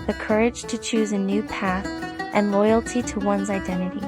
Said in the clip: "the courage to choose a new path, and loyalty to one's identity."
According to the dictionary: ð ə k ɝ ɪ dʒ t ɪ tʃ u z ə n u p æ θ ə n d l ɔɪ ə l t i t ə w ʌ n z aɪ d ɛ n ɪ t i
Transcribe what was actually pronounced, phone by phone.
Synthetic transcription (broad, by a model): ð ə k ɝ ɪ dʒ t ɪ tʃ u z ə n u p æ θ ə n l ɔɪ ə l t i t ə w ʌ n z aɪ d ɛ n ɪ t i